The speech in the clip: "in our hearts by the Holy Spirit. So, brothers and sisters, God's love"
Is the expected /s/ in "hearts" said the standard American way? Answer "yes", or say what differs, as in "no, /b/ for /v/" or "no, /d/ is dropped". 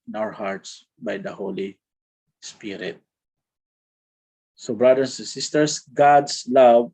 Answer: yes